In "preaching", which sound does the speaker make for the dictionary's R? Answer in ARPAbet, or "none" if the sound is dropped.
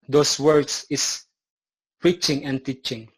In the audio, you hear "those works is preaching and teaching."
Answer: R